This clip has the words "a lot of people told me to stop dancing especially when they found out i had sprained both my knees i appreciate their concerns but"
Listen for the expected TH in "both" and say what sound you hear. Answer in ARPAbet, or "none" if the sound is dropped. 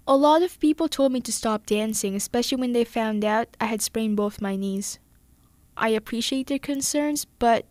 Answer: TH